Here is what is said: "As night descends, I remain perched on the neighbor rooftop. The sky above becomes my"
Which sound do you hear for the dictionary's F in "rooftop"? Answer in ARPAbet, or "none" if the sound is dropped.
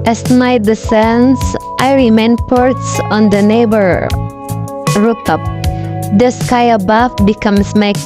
none